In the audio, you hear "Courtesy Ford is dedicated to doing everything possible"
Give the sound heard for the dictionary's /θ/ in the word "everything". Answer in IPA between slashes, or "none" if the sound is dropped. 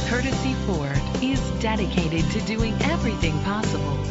/θ/